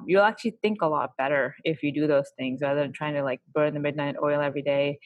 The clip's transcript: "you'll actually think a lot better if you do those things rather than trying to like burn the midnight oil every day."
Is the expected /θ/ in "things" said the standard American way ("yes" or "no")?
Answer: yes